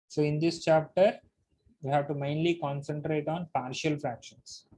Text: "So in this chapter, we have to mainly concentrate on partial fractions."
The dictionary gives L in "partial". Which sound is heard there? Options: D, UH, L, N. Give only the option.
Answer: L